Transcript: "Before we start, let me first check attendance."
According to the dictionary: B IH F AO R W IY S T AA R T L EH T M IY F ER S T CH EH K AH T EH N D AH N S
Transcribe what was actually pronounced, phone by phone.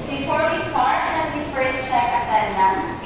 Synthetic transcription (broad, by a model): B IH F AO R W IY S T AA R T N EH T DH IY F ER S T CH EH K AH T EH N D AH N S